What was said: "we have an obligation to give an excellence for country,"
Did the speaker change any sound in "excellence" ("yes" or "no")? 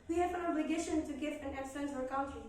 yes